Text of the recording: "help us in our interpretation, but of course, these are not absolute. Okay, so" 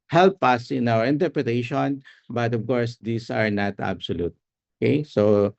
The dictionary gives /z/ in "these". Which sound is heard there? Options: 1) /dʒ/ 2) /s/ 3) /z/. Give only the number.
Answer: 2